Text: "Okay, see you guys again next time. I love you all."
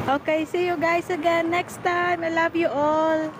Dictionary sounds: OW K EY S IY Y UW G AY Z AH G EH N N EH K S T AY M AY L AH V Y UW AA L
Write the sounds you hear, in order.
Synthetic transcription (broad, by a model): OW K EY S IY Y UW G AY S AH G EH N N EH K S T AY M AY L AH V Y UW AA L